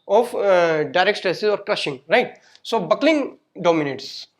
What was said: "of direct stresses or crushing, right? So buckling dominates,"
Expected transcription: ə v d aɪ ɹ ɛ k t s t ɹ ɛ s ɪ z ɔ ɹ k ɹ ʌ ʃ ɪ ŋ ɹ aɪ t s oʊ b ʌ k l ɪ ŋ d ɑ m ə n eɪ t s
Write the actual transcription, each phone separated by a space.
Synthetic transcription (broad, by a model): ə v d aɪ ɹ ɛ k t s t ɹ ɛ s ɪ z ɔ ɹ k ɹ ʌ ʃ ɪ ŋ ɹ aɪ t s oʊ b ʌ k l ɪ ŋ d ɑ m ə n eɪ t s